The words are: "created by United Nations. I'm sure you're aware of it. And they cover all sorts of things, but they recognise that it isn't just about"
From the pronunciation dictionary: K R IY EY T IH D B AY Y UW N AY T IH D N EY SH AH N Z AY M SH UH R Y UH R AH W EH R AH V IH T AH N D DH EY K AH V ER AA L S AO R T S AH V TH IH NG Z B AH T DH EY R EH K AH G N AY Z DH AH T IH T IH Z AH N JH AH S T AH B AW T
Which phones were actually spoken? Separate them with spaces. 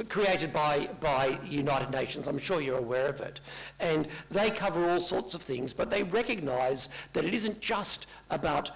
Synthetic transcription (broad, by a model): K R IY EY T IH D B AY Y UW N AY T IH D N EY SH AH N Z AY M SH UH R Y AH R AH W EH R AH V IH T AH N DH EY K AH V ER AA L S AO R T S AH V TH IH NG Z B AH T DH EY R EH K AH G N AY Z DH AH T IH T IH Z AH N JH AH S T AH B AW T